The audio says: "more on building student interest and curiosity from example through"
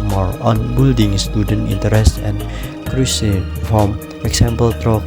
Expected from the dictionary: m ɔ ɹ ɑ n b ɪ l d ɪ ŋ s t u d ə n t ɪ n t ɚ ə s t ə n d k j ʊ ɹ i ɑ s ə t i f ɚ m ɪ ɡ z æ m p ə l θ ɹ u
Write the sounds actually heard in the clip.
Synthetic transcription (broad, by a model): m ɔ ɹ ɑ n b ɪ l d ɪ ŋ s t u d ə n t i n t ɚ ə s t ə n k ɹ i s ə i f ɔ m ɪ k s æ m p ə l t ɹ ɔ